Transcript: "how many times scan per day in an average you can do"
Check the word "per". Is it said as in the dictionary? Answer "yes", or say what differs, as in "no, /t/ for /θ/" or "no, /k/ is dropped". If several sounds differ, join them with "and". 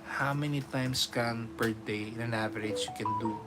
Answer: yes